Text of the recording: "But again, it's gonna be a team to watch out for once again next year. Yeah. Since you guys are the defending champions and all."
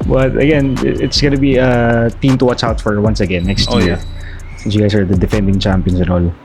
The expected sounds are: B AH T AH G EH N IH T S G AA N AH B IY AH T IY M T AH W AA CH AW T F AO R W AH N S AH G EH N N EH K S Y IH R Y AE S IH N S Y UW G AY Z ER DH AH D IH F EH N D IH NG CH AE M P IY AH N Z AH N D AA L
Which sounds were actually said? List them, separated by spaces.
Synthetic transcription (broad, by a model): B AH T AH G EH N IH T S G AA N AH B IY AH T IY M T AH W AA CH AW T F AO R W AH N S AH G EH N N EH K S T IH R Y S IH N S Y UW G AY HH ER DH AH D IH F EH N D IH NG CH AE M P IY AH N S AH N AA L